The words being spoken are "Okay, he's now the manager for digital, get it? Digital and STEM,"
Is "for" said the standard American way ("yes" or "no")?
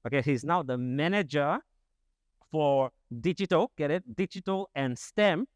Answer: yes